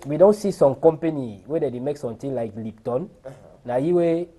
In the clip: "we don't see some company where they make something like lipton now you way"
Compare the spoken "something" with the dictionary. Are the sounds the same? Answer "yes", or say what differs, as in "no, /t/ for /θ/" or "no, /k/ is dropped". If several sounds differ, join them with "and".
no, /t/ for /θ/